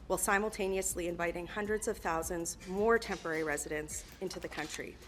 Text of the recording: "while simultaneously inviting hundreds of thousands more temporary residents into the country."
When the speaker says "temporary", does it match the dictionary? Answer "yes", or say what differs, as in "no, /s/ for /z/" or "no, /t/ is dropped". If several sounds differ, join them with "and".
yes